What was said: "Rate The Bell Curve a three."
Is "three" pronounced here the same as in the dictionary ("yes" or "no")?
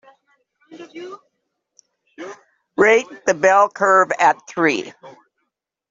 yes